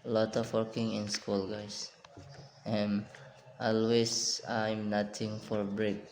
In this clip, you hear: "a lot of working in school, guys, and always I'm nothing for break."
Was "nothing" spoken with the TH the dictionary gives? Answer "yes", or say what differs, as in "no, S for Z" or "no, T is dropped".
no, T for TH